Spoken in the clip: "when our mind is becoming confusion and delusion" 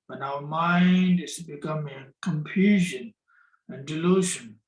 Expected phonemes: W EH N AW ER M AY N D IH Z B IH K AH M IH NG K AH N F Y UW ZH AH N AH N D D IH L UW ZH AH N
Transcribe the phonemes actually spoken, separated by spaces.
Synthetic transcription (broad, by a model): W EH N AW ER M AY N D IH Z B IH K AH M IH NG K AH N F Y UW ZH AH N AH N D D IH L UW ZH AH N